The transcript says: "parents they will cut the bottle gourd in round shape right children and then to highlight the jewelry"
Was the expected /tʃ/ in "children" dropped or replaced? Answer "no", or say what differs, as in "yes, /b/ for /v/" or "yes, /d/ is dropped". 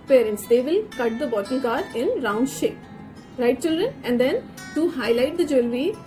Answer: no